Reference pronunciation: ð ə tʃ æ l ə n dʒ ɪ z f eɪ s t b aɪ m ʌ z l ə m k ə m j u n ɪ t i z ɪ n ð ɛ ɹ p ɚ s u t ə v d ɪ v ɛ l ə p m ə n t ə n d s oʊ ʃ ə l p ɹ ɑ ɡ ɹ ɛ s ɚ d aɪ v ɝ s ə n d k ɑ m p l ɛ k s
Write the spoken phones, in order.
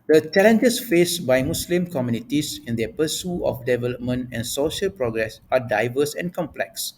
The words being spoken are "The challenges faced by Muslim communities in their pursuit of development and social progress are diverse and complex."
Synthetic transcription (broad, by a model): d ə tʃ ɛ l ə n dʒ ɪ s f eɪ s b aɪ m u s l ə m k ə m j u n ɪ t i s ɪ n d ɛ p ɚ s u ə f d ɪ v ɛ l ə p m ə n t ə n s oʊ ʃ ə l p ɹ ɑ ɡ ɹ ɛ s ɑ d aɪ v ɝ s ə n k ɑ m p l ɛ k s